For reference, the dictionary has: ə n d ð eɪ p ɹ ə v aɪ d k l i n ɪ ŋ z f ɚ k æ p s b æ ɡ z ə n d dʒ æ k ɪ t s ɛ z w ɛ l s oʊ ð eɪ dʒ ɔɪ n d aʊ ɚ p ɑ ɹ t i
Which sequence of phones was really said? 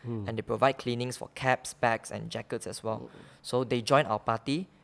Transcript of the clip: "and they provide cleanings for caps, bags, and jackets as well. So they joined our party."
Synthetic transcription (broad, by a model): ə n d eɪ p ɹ ə v aɪ d k l i n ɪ ŋ s f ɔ k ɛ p s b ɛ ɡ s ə n dʒ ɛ k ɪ t s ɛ s w ɛ l s oʊ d eɪ dʒ ɔɪ n aʊ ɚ p ɑ t i